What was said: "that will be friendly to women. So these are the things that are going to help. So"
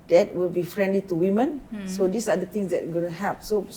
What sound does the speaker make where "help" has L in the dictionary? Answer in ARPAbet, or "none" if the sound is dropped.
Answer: none